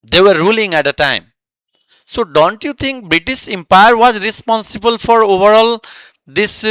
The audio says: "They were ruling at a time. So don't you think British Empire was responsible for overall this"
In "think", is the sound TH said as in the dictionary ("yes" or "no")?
no